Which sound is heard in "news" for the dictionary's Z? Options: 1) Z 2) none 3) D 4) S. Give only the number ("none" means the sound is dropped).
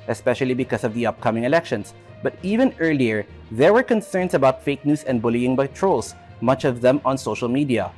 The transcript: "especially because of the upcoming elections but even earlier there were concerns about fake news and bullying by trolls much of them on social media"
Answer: 4